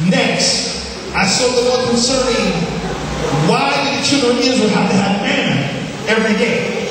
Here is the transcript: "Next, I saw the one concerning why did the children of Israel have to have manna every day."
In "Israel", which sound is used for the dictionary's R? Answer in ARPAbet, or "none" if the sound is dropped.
W